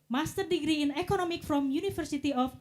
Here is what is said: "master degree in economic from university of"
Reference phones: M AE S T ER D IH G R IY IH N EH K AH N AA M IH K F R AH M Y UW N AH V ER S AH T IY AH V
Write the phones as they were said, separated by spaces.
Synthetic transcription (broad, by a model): M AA S T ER D IH G R IY IH N EH K AH N AA M IH K F R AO M Y UW N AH F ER S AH T IY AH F